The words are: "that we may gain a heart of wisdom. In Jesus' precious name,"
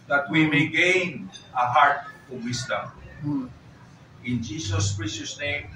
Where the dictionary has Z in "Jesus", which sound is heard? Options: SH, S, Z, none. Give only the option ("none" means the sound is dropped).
S